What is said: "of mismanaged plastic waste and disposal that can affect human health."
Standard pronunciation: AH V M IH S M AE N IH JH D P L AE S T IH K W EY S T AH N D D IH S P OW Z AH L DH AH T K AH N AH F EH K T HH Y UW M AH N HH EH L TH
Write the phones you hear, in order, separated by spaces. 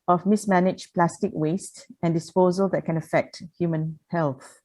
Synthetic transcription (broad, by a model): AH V M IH S M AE N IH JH P L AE S T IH K W EY S T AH N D D IH S P OW Z AH L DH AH T K AH N AH F EH K T HH Y UW M AH N HH EH L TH